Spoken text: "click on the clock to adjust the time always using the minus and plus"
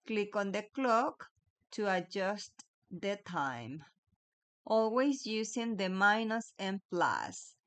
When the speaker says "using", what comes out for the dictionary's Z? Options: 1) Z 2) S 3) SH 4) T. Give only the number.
2